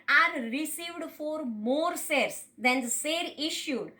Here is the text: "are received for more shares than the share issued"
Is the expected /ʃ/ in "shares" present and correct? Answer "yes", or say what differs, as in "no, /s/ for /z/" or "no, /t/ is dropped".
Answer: no, /s/ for /ʃ/